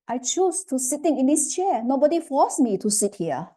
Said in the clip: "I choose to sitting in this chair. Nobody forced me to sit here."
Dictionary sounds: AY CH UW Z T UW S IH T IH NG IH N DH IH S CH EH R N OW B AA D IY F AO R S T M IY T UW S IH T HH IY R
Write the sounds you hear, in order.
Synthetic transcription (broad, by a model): AY CH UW S T UW S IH T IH NG IH N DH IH S CH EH N OW B AA D IY F AO S M IY T UW S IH T HH IY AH